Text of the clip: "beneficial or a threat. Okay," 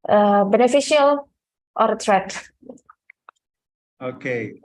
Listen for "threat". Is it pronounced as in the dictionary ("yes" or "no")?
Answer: no